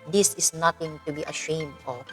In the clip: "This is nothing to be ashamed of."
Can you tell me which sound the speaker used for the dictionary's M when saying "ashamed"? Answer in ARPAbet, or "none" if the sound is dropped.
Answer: M